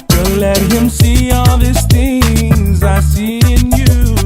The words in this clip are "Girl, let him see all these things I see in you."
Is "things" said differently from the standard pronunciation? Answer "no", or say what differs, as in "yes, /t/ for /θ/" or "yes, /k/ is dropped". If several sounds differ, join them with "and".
no